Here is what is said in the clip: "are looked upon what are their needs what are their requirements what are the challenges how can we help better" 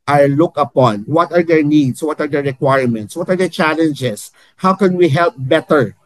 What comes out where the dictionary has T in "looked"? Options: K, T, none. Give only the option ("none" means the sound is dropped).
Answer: none